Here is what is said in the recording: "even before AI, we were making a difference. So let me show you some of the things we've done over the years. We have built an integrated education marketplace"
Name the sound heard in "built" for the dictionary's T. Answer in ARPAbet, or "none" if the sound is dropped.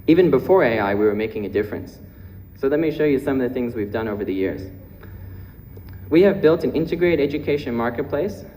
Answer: T